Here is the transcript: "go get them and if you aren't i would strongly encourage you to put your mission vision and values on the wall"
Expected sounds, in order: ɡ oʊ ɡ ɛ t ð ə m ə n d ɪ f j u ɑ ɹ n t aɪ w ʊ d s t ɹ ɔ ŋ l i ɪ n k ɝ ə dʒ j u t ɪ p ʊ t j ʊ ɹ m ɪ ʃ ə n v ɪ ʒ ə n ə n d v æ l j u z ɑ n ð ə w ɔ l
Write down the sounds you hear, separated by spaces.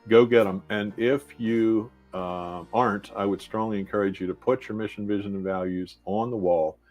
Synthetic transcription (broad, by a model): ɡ oʊ ɡ ɛ t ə m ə n ɪ f j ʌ ɑ ɹ n t aɪ w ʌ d s t ɹ ɔ ŋ l i ɪ n k ɝ ə dʒ j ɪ t ɪ p ʊ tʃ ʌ ɹ m ɪ ʃ n v ɪ ʒ ə n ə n v æ l j u z n ð ə w ɔ l